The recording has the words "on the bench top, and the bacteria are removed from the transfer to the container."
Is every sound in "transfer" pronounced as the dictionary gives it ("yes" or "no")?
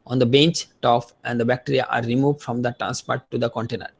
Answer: no